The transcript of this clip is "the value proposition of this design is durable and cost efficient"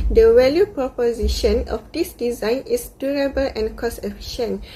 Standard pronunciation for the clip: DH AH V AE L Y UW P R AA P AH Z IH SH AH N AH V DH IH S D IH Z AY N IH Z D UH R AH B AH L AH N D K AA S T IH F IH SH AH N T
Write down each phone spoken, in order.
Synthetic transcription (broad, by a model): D AH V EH L Y UW P R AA P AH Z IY SH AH N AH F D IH S D IH Z AY N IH S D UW R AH B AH L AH N K AA S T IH F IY SH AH N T